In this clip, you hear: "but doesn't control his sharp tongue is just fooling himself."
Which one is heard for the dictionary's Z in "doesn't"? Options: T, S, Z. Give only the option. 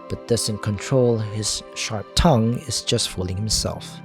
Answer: S